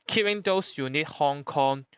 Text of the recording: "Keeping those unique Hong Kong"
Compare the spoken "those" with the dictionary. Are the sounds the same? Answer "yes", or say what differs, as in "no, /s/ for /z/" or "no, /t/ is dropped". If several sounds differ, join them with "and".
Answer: no, /s/ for /z/